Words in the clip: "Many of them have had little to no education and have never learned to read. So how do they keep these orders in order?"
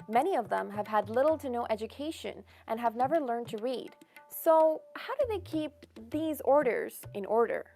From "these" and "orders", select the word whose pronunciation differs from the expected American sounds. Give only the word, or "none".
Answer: none